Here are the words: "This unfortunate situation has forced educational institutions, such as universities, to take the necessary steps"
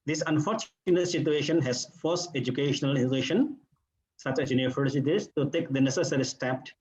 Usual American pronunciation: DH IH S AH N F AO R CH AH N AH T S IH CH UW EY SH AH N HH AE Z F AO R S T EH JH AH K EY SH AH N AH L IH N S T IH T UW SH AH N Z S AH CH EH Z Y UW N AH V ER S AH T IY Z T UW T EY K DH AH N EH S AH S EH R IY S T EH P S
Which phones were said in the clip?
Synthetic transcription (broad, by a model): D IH S AH N F AO R CH AH N AH T S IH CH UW EY SH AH N HH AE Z F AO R S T EH JH AH K EY SH AH N AH L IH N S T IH SH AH N S AH CH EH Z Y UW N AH F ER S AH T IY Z T UW T EY K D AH N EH S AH S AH R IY S T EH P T